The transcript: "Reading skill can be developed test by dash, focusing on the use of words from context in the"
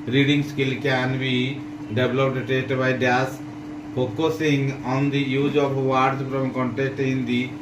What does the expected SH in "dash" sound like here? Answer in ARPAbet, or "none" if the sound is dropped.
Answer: S